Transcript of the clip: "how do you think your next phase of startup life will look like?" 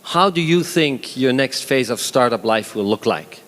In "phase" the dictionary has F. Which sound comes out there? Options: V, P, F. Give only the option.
F